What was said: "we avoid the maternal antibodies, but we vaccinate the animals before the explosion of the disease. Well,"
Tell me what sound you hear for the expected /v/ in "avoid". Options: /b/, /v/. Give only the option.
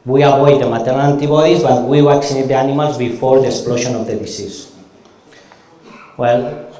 /b/